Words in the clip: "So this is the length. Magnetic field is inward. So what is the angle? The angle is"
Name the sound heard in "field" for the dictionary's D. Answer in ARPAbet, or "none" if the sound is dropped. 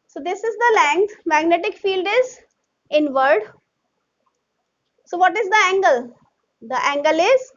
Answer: D